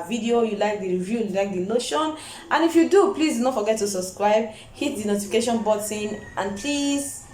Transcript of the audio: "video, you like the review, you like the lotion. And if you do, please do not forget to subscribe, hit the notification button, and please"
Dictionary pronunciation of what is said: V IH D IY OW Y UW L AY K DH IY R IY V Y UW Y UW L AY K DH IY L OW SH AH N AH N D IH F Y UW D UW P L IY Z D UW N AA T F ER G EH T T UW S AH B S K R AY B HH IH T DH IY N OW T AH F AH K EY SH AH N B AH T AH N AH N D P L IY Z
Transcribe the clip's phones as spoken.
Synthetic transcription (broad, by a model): V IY D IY OW Y UW L AY K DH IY R IY V Y UW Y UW L AY K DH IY N OW SH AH N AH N IH F Y UW D UW P L IY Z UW N AA T F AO G EH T T UW S AH B S K R AY B HH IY T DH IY N OW T AH F AH K EY SH AH N B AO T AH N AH N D P L IY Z